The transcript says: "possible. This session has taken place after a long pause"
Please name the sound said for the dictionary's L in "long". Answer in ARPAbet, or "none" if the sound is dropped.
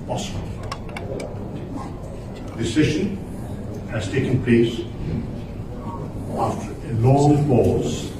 N